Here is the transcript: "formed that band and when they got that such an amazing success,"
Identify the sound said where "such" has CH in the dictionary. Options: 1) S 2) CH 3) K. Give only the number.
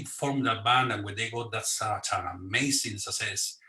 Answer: 1